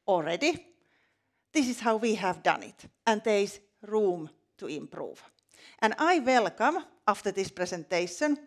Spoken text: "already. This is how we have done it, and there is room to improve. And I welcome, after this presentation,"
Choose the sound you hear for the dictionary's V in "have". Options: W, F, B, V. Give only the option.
V